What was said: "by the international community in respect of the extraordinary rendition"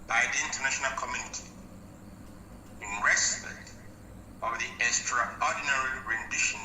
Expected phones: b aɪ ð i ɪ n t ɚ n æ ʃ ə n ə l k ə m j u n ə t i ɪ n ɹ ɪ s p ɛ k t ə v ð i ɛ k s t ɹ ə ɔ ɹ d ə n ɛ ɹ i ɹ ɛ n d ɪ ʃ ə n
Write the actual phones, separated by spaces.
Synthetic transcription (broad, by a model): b aɪ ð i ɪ n t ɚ n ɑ ʃ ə n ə l k ə m j u n ə t i ɪ n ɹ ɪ s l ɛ t ə v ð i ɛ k s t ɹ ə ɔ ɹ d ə n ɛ ɹ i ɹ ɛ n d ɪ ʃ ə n